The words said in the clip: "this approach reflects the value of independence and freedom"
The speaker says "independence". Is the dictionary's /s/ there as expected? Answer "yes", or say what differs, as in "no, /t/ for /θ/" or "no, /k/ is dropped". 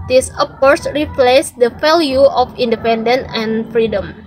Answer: no, /s/ is dropped